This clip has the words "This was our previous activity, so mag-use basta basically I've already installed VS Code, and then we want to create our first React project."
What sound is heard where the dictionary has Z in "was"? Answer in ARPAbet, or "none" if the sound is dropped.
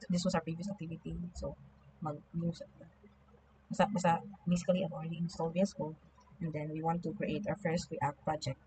S